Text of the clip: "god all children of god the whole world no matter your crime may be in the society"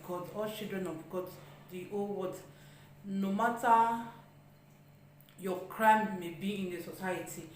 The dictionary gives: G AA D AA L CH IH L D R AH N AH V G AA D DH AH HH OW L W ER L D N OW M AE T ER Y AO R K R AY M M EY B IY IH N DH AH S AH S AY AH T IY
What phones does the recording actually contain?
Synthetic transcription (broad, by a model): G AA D AA L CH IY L D R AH N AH B G AA D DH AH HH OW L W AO D N OW M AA T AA Y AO K R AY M M EY B IY IH N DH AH S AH S AY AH T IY